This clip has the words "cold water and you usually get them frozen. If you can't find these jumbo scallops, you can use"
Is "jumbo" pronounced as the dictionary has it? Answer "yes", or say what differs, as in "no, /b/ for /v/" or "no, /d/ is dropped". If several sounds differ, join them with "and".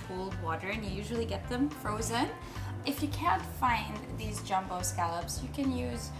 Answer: yes